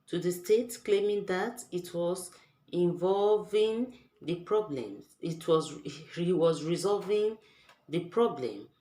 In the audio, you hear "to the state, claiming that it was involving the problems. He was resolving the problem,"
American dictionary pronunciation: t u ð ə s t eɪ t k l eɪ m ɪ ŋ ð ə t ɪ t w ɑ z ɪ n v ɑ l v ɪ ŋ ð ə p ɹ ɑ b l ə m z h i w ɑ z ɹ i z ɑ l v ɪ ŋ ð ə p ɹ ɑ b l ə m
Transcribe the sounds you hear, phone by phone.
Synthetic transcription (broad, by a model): t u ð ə s t eɪ t k l eɪ m ɪ ŋ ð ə t ɪ t w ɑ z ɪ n v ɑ l v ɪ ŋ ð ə p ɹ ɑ b l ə m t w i w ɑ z ɹ i z ɑ l v ɪ ŋ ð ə p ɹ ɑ b l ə m